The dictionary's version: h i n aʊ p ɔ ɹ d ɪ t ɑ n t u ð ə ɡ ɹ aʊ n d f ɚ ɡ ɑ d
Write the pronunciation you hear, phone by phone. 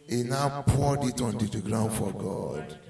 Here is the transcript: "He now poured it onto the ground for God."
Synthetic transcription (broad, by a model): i n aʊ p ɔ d ɪ t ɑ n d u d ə ɡ ɹ aʊ n d f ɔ ɡ ɑ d